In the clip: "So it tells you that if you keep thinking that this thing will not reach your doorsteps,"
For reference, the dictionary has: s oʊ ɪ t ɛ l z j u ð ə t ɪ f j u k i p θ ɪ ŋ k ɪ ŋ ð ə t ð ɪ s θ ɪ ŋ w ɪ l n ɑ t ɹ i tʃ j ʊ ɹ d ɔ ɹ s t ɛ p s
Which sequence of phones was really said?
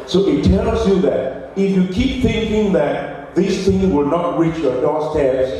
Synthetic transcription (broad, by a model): s oʊ ɪ t ɛ l z j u ð ə t ɪ f j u k i p θ ɪ ŋ k ɪ ŋ ð ə t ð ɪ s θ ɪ ŋ w ɪ l n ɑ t ɹ i tʃ j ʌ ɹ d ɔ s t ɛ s